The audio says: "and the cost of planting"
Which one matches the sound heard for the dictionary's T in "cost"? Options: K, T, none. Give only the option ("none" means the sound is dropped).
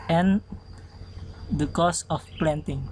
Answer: none